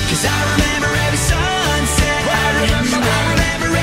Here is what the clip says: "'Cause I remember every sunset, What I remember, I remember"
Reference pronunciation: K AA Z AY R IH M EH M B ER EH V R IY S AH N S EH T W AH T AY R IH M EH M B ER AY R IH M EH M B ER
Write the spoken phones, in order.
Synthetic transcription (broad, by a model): K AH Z AY R IH M EH M B ER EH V IY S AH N S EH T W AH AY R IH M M AY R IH M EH M B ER